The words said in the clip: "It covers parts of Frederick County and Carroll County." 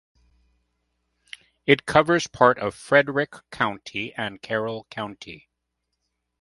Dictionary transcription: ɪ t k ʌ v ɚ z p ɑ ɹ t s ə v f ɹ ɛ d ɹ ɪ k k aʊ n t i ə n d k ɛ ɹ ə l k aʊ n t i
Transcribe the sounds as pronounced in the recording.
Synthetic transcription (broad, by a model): ɪ t k ʌ v ɚ z p ɑ ɹ t ə v f ɹ ɛ d ɹ ɪ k k aʊ n t i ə n k ɛ ɹ l k aʊ n t i